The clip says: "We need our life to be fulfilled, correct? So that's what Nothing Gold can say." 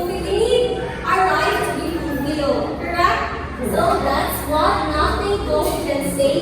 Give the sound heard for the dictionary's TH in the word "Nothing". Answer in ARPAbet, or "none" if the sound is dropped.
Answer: T